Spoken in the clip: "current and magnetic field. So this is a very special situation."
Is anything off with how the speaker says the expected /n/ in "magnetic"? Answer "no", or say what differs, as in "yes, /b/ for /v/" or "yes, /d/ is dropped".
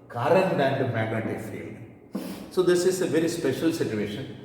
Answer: yes, /n/ is dropped